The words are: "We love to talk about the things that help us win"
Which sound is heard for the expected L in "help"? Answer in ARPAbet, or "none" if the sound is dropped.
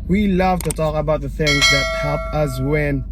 none